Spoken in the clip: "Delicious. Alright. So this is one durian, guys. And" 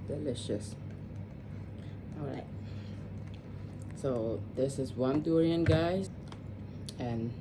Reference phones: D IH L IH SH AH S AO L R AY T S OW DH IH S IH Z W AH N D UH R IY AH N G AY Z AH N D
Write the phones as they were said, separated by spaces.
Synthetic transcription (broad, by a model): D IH L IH SH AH S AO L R AY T S OW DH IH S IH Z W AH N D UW R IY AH N G AY AH N